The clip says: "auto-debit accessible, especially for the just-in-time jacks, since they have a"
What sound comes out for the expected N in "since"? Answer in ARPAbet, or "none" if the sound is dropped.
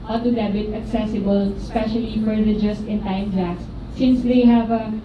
N